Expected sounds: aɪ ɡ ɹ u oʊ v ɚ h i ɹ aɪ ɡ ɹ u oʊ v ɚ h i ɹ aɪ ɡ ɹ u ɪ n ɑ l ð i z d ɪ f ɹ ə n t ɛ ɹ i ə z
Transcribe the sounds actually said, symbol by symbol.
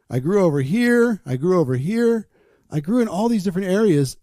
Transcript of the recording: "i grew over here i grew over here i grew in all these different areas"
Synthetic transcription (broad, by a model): aɪ ɡ ɹ u oʊ v ɚ h i ɹ aɪ ɡ ɹ u oʊ v ɚ h i ɹ aɪ ɡ ɹ u ɪ n ɑ l ð i z d ɪ f ɹ ə n t ɛ ɹ i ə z